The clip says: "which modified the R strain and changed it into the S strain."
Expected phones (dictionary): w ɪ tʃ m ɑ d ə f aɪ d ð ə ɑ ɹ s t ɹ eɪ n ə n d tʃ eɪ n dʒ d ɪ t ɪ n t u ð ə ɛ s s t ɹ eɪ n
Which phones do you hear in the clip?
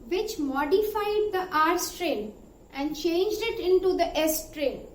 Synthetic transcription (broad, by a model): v ɪ tʃ m ɑ d ə f aɪ d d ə ɑ ɹ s t ɹ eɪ n ə n d tʃ eɪ n dʒ d ɪ t ɪ n t u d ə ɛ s s t ɹ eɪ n